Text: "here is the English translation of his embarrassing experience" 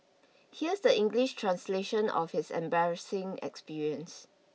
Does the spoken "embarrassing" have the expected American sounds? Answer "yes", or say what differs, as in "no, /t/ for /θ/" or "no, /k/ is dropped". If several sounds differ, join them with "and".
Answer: yes